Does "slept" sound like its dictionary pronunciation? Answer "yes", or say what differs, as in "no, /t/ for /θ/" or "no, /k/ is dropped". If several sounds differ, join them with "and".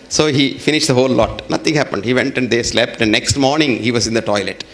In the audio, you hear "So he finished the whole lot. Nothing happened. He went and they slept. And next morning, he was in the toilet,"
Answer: yes